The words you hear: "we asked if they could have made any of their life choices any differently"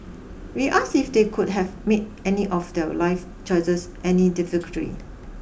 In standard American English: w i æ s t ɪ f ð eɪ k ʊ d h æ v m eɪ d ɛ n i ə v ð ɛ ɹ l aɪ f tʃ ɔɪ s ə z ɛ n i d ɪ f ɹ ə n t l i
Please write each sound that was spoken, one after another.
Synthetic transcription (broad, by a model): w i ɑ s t ɪ f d eɪ k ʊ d h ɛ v m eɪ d ɛ n i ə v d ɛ l aɪ f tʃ ɔɪ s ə s ɛ n i d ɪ f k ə t i